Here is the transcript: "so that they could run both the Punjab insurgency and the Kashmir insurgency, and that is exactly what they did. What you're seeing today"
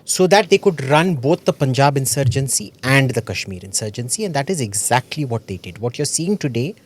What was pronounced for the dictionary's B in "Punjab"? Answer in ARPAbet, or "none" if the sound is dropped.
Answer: B